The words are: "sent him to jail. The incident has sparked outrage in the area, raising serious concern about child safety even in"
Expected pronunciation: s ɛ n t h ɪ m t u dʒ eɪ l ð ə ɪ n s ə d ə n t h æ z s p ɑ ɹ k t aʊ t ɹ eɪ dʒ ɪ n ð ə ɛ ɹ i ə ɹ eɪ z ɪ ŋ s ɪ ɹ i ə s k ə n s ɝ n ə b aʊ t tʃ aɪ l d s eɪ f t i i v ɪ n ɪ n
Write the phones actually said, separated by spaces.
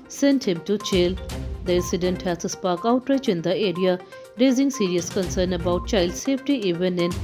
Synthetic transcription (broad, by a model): s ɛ n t h ɪ m t u tʃ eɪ l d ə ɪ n s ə d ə n t h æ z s p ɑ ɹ k aʊ t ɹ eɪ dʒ ɪ n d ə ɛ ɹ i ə ɹ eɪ z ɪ ŋ s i ɹ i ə s k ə n s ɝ n ə b aʊ t tʃ aɪ l d s eɪ f t i i v ɪ n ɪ n